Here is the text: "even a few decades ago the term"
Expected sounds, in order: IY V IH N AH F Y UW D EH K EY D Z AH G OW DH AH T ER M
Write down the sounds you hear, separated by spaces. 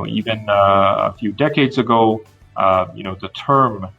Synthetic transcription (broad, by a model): IY V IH N AH F Y UW D EH K EY D Z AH G OW DH AH T ER M